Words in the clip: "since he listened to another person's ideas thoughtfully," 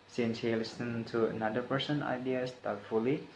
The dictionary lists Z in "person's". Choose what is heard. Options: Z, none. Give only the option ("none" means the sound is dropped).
none